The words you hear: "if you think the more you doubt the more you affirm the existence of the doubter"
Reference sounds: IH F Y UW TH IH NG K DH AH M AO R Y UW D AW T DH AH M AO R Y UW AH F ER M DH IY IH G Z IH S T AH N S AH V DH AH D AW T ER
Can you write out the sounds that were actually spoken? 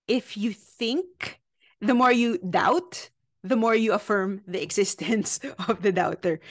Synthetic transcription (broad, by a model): IH F Y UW TH IH NG K DH AH M AO R Y UW D AW T DH AH M AO R Y UW AH F ER M DH IY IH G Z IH S T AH N S AH V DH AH D AW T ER